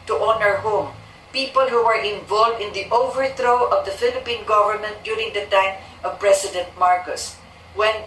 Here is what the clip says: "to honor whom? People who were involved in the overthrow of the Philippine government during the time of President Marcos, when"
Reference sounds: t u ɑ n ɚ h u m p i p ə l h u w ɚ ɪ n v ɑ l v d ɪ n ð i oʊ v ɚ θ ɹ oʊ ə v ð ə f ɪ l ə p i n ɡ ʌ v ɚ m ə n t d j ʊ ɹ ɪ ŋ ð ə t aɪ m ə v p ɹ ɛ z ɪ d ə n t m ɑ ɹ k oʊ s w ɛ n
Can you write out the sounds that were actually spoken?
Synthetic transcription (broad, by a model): t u ɑ n ɚ h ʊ m p i p ə l h u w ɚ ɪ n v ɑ l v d ɪ n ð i oʊ v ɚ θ ɹ oʊ ə v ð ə f ɪ l ə p i n ɡ ʌ v ɚ m ə n t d j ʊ ɹ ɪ ŋ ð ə t aɪ m ə v p ɹ ɛ s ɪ d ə n t m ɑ ɹ k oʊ s w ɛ n